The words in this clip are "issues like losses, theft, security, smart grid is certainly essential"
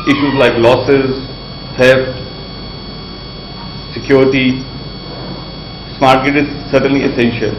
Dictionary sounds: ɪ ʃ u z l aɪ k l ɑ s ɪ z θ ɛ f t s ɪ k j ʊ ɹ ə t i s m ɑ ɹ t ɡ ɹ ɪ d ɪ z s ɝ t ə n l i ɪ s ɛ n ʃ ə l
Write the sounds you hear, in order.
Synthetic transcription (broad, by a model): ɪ ʃ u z l aɪ k l ɑ s ɪ z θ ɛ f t s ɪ k j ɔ ɹ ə t i s m ɑ ɹ t ɡ ɪ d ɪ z s ɝ t ə n l i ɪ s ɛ n ʃ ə l